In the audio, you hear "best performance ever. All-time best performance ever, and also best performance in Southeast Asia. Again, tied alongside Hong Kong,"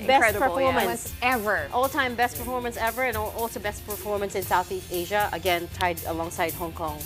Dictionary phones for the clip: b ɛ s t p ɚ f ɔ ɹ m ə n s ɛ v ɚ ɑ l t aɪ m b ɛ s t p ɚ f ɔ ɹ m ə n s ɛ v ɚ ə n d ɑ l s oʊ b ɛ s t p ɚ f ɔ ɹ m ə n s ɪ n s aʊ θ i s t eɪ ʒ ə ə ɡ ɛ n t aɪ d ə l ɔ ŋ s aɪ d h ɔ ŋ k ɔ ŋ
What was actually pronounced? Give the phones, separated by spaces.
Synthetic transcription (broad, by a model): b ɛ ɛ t p ɚ f ɔ ɹ m ə n s ɛ v ɚ ɑ l t aɪ m b ɛ s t p ɚ f ɔ ɹ m ə n s ɛ v ɚ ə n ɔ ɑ l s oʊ b ɛ s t p ɚ f ɔ ɹ m ə n s ɪ n s aʊ θ i s t eɪ ʒ ə ə ɡ ɛ n t aɪ d ə l ɔ ŋ s aɪ d h ɔ ŋ k ɔ ŋ